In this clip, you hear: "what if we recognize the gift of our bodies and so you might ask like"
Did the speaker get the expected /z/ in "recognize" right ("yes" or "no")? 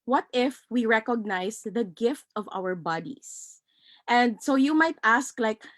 no